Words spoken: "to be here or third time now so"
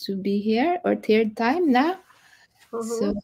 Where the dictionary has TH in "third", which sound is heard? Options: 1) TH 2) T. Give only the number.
2